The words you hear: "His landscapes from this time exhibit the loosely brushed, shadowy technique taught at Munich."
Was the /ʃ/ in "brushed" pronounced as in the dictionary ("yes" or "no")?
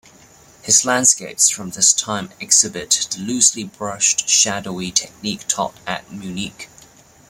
yes